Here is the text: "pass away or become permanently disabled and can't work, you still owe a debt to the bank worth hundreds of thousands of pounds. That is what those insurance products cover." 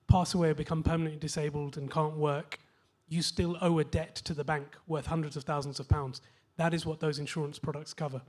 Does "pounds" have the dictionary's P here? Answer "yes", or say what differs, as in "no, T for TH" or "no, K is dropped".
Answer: yes